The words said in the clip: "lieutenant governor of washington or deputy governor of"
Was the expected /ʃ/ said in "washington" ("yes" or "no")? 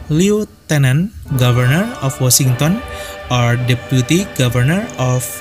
no